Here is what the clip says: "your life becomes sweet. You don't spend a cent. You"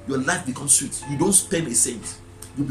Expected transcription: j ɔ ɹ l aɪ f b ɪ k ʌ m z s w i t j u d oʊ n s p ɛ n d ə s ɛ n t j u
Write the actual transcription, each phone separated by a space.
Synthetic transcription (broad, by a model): j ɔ l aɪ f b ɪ k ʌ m s w i t j u d oʊ n s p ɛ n ə s ɛ n t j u